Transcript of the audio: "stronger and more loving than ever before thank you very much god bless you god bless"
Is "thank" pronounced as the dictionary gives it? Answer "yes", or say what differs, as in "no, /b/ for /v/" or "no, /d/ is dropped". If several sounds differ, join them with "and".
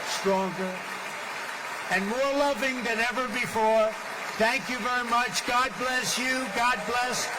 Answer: yes